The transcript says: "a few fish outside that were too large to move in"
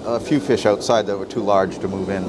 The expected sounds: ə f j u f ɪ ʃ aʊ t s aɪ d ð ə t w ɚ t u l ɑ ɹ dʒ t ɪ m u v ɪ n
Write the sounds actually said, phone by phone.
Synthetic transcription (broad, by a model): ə f j u f ɪ ʃ aʊ t s aɪ d ð ə t w ɚ t u l ɑ ɹ dʒ t ɪ m u v ɪ n